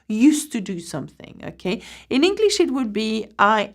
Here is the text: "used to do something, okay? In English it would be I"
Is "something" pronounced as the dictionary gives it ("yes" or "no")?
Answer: yes